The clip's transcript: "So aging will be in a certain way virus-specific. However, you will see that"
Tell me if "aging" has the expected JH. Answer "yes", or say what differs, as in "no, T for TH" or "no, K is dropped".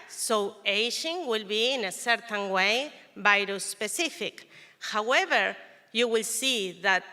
no, SH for JH